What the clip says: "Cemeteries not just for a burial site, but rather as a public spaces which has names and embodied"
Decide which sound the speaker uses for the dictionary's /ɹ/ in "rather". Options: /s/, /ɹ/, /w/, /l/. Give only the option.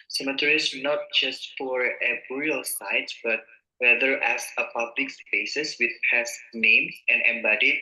/w/